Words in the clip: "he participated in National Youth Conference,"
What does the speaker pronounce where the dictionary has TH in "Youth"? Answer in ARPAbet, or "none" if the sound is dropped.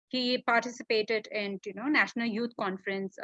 T